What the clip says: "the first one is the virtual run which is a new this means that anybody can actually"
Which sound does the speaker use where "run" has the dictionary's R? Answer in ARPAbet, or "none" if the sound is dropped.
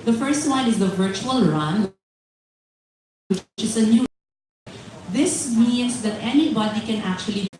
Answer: R